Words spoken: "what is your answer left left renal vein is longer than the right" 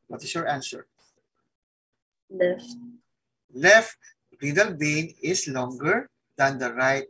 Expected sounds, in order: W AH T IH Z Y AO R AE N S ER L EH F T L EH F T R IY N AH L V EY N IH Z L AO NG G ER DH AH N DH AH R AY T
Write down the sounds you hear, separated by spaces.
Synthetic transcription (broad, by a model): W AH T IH S Y AO R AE N S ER L EH F T L EH F T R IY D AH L B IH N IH S L AO NG G ER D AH N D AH R AY T